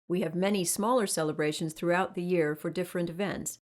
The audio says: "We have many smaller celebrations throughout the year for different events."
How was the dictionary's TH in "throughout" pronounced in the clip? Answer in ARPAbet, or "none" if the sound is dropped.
TH